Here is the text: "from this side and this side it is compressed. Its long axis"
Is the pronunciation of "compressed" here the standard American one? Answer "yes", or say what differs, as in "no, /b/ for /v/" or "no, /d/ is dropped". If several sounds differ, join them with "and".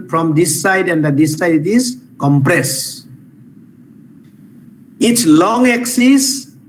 no, /t/ is dropped